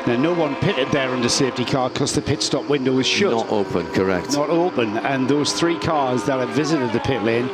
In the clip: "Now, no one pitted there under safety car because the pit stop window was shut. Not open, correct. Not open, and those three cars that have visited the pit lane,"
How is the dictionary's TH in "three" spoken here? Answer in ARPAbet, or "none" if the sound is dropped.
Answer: TH